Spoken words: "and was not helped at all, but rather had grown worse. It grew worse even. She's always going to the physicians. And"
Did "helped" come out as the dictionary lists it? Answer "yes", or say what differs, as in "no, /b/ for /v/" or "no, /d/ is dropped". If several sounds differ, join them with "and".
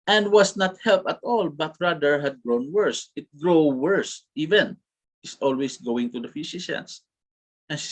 no, /t/ is dropped